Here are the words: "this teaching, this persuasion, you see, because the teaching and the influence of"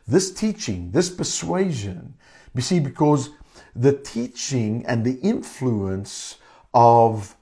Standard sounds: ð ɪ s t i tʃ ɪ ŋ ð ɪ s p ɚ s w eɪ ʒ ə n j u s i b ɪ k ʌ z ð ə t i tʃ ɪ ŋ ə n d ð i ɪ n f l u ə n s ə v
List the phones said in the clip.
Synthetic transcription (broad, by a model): ð ɪ s t i tʃ ɪ ŋ ð ɪ s p ɚ s w eɪ ʒ ə n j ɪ s i b ɪ k ʌ z ð ə t i tʃ ɪ ŋ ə n ð i ɪ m f l u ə n s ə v